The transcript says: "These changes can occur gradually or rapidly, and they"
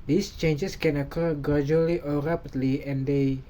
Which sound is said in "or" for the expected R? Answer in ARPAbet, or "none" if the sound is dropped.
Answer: L